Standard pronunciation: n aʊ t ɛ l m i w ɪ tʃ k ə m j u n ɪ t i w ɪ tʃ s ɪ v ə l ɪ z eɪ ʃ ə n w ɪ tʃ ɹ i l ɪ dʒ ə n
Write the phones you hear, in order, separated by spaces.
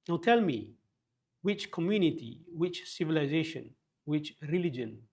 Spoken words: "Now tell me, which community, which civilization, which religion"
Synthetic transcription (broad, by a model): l t ɛ l m i w ɪ tʃ k ə m j u n ɪ t i w ɪ tʃ s ɪ v ə l ɪ z eɪ ʃ ə n w ɪ tʃ ɹ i l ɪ dʒ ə n